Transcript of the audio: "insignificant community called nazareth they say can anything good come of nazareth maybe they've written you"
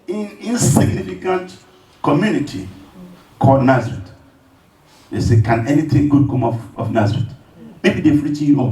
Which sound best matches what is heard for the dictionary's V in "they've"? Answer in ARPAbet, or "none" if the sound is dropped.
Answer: F